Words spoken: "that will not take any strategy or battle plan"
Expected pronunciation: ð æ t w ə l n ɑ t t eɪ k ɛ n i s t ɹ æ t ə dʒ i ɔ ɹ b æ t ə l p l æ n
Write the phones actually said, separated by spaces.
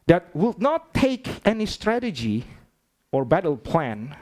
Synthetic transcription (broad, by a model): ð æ t w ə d n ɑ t t eɪ k ɛ n i s t ɹ æ t ə dʒ i ɔ ɹ b æ t ə l p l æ n